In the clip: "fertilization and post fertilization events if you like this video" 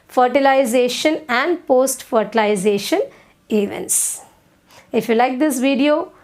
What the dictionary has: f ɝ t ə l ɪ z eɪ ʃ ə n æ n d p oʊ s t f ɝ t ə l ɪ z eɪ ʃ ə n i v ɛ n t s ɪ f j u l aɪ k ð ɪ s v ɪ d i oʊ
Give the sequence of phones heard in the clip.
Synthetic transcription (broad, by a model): f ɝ t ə l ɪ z eɪ ʃ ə n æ n d p oʊ s t f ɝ t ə l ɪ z eɪ ʃ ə n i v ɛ n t s ɪ f j u l aɪ k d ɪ s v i d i oʊ